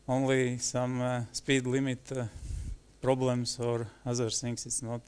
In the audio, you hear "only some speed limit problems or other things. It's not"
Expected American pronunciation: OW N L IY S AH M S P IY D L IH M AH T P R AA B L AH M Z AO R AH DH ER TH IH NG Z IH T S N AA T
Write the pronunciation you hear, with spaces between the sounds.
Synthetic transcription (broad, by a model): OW N L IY S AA M S P IY D L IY M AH T P R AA B L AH M S AO R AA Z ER S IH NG S IH T S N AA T